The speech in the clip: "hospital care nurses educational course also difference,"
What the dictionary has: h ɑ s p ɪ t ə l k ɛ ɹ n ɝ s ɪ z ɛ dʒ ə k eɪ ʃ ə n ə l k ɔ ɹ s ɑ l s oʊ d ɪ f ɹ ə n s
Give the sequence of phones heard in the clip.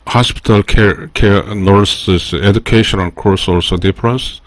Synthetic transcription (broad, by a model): h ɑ s p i t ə l k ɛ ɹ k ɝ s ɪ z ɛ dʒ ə k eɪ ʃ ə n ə n k ɔ ɹ s ɑ l s oʊ d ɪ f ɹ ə n s